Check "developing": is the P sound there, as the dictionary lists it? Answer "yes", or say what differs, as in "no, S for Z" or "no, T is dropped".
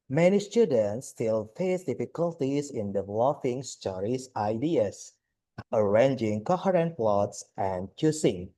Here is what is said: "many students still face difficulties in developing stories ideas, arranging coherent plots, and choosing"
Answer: no, F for P